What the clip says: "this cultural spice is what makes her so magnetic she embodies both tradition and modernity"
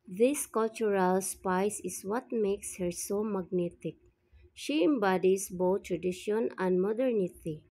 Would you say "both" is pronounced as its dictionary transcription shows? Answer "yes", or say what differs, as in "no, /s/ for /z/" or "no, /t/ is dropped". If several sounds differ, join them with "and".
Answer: no, /t/ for /θ/